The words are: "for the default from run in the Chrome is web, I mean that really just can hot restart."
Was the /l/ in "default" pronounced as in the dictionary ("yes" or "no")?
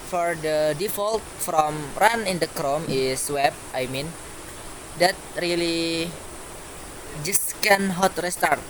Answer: yes